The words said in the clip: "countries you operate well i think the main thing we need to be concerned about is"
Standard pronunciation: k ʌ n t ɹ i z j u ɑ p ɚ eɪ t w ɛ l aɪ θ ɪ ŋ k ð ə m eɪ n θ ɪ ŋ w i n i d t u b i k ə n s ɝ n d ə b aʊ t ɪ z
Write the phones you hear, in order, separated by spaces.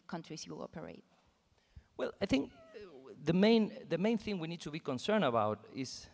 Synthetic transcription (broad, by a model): k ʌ n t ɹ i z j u ɑ p ɚ eɪ t w ɛ l aɪ θ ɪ ŋ k ð ə m eɪ n θ ɪ ŋ w i n i d t u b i k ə n s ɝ n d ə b aʊ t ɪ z